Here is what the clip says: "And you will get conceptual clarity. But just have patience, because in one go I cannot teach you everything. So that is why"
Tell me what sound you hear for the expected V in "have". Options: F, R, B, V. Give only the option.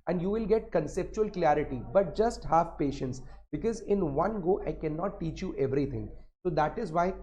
F